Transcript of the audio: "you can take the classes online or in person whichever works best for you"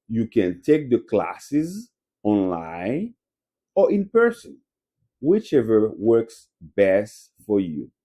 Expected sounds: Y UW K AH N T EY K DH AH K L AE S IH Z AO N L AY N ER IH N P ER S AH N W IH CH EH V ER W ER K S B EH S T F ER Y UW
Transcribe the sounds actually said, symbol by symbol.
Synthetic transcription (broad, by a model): Y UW K AH N T EY K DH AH K L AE S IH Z AO N L AY N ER IH N P ER S AH N W IH CH EH V ER W ER K S B EH S T F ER Y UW